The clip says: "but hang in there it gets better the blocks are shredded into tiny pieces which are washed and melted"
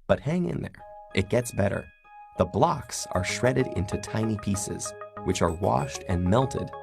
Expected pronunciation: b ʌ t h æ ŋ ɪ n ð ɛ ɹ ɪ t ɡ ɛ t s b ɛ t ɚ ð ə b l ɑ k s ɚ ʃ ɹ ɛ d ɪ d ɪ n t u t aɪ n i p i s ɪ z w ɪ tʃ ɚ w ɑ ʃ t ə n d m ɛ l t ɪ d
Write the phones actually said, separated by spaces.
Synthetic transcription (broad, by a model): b ʌ t h æ ŋ ɪ n ð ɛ ɹ ɪ t ɡ ɛ t s b ɛ t ɚ ð ə b l ɑ k s ɚ ʃ ɹ ɛ d ɪ d ɪ n t u t aɪ n i p i s ɪ z w ɪ tʃ ɚ w ɑ ʃ t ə n m ɛ l t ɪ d